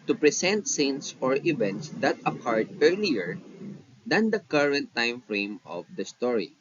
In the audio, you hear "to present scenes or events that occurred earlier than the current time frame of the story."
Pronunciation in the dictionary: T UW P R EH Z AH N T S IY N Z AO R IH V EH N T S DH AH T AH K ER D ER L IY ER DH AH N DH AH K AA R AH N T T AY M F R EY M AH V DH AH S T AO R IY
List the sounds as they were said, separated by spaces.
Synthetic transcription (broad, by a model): T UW P R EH S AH N T S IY N S AO R IH V EH N T S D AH T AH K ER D ER L IY ER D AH N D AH K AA R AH N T T AY M F R EY M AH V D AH S T AO R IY